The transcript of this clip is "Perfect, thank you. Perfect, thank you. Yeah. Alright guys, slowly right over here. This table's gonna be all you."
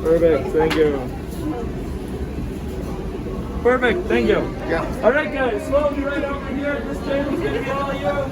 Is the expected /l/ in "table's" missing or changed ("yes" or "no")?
yes